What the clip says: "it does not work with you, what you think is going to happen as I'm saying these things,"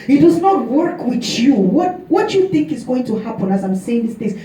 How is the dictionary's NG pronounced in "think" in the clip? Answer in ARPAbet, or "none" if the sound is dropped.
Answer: NG